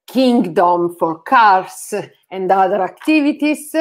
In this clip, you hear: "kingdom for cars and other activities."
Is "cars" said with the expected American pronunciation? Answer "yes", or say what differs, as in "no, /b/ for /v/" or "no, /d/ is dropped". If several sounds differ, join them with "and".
no, /s/ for /z/